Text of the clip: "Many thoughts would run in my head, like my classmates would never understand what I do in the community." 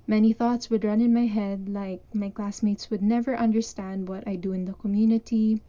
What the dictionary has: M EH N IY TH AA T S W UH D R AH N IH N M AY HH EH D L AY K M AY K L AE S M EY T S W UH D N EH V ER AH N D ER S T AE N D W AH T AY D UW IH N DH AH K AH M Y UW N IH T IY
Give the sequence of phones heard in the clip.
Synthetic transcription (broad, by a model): M EH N IY TH AA T S W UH D R AH N IH N M AY HH EH D L AY K M AY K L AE S M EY T S W UH D N EH V ER AH N D ER S T AE N D W AH T AY D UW IH N DH AH K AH M Y UW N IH T IY